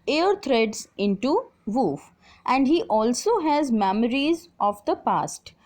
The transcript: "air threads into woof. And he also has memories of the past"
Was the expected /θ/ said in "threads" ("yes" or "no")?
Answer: no